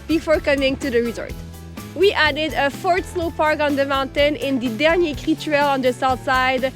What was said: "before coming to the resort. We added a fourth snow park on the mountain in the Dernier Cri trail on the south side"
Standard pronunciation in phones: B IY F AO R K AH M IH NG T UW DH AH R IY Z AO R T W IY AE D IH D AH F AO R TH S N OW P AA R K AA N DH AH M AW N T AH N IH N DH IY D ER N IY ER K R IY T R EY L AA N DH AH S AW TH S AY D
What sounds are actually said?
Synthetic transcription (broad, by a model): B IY F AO R K AH M IH NG T UW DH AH R IY Z AO R T W IY AE D IH D AH F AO R T S L OW P AA R K AA N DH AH M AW N T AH N IH N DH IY D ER N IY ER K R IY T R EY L AA N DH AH S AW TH S AY D